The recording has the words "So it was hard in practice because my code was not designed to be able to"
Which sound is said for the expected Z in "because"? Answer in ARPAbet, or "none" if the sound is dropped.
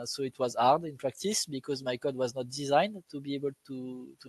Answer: Z